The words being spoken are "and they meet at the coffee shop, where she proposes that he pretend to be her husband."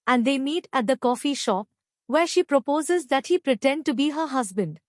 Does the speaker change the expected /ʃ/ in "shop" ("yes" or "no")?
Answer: no